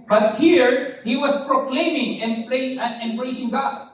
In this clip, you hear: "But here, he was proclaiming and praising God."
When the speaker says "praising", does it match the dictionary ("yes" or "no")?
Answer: no